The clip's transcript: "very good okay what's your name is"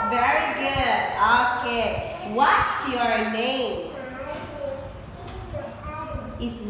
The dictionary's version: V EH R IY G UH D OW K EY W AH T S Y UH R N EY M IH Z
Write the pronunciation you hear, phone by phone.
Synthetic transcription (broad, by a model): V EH R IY G UH D OW K EY W AH T S Y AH R N EY M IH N